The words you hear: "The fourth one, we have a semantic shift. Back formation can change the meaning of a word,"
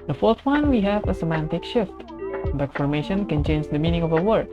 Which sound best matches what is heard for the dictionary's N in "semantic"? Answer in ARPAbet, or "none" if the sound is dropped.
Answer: N